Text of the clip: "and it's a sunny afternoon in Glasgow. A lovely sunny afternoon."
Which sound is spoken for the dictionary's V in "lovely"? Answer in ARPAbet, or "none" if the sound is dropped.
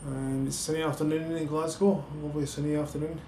B